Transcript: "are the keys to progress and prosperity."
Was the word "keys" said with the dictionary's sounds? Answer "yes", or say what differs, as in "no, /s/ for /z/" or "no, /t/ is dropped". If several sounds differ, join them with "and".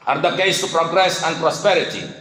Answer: no, /s/ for /z/